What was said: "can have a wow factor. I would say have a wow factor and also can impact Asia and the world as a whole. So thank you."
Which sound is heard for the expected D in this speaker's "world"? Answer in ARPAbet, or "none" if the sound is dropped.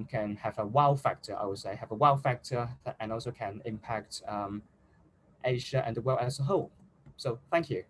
none